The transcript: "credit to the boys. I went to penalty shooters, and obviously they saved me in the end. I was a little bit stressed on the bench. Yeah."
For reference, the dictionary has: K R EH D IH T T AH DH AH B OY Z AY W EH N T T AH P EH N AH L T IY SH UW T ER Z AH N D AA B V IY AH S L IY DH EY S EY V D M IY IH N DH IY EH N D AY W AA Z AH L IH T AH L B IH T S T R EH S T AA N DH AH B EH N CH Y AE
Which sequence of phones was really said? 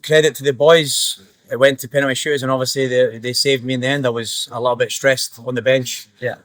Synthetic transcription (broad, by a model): K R EH D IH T T AH DH AH B OY Z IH W EH N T T AH P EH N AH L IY SH UW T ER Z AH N AA V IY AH S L IY DH EY S EY V D M IY IH N DH IY EH N D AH W AA Z AH L IH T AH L B IH T S T R EH S T N DH AH B EH N CH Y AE